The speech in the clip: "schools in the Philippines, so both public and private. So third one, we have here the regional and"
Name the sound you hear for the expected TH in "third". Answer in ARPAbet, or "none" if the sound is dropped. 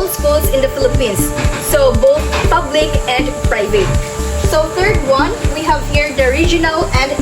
T